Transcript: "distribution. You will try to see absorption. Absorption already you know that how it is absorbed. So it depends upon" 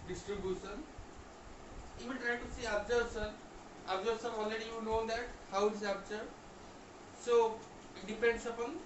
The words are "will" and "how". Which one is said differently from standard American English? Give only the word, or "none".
will